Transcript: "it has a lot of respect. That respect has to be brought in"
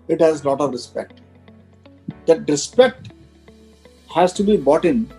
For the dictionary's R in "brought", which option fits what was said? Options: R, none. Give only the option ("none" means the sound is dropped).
none